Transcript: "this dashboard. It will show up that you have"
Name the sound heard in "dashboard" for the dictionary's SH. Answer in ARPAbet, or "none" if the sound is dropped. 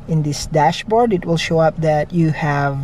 SH